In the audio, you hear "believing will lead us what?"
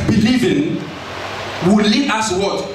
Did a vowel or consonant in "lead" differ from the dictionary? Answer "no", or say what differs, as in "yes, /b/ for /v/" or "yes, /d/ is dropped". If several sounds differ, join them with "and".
yes, /d/ is dropped